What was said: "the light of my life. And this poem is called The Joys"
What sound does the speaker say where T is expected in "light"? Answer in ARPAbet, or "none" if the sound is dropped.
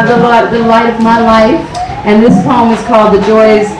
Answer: T